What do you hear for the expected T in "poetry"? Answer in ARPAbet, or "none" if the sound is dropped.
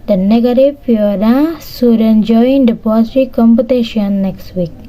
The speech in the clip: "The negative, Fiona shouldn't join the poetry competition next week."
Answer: S